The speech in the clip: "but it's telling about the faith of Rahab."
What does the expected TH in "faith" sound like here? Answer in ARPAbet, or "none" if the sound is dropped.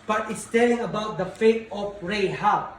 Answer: T